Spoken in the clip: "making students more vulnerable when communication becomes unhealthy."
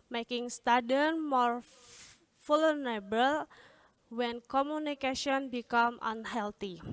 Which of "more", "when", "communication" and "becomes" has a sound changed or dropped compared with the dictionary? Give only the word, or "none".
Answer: becomes